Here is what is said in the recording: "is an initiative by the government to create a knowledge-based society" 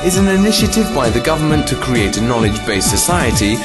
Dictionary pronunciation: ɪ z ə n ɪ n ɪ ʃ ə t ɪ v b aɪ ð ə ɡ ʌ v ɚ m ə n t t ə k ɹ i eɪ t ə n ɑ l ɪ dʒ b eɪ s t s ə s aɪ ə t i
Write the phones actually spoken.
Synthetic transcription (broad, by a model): ɪ z ə n ɪ n ɪ ʃ ə t ɪ v b aɪ ð ə ɡ ʌ v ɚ m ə n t t ə k ɹ i eɪ t ə n ɑ l ɪ dʒ b eɪ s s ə s aɪ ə t i